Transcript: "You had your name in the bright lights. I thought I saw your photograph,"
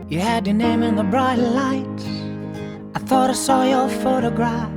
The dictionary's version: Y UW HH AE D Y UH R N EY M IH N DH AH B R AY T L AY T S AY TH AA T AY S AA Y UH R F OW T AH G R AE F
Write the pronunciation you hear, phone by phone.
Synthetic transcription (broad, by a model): Y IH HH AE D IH N EY M IH N DH AH B R AY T L AY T AY TH AA T AY S AA Y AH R F OW T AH G R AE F